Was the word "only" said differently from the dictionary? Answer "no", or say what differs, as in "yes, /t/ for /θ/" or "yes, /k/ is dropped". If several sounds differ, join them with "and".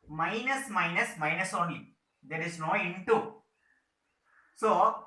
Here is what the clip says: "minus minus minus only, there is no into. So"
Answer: yes, /l/ is dropped